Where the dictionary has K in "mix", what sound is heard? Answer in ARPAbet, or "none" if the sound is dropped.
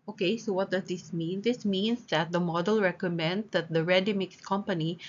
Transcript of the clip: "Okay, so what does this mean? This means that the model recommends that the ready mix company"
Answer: K